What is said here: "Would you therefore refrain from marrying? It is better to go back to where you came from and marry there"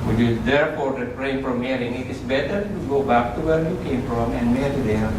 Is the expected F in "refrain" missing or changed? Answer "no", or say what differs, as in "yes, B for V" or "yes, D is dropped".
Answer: yes, P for F